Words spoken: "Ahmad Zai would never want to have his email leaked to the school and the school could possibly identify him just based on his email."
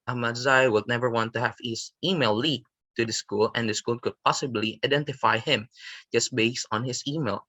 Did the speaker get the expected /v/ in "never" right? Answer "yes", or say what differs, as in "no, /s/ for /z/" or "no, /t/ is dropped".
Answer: yes